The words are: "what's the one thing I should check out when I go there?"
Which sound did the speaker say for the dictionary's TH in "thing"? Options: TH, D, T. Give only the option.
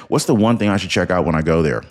TH